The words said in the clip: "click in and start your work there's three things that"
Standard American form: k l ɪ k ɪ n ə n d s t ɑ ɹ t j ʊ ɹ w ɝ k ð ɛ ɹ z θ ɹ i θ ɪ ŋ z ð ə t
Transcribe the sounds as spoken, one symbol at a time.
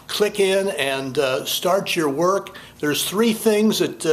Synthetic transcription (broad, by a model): k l ɪ k ɪ n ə n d s t ɑ ɹ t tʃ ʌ ɹ w ɝ k ð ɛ ɹ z θ ɹ i θ ɪ ŋ z ð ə t